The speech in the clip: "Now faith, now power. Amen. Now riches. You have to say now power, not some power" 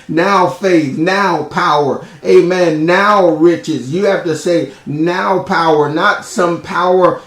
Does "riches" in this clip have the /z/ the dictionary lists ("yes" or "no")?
yes